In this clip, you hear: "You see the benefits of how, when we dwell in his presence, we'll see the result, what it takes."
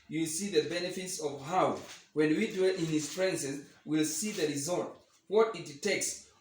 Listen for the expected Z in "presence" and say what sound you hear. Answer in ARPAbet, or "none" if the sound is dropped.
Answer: S